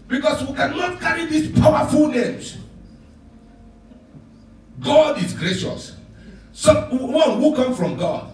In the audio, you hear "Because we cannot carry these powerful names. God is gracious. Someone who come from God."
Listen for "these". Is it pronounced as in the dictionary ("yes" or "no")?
no